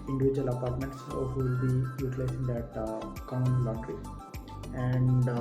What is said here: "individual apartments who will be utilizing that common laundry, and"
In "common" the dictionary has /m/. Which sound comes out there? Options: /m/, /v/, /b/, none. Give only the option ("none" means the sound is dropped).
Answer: none